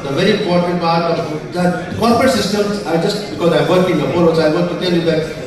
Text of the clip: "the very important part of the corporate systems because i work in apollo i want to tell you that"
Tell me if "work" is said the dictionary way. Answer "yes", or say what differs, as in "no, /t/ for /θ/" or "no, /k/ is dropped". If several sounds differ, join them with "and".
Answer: yes